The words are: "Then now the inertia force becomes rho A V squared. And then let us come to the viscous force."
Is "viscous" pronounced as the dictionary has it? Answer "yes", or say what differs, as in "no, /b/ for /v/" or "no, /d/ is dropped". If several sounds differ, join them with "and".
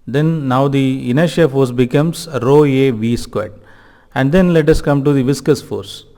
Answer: yes